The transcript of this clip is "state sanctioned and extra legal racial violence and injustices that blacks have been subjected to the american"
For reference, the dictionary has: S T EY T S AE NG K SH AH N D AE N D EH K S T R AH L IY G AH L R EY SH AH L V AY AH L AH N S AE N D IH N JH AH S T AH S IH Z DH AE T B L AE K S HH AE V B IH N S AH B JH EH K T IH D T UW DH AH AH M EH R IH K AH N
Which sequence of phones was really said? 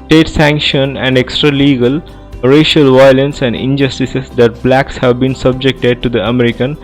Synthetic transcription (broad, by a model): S T EY T S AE NG K SH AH N AE N D EH K S T R AH L IY G AH L R EY SH AH L V AY AH L AH N S AE N D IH N JH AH S T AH S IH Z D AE T B L AE K S HH AE V B IH N S AH B JH EH K T IH D T UW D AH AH M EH R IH K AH N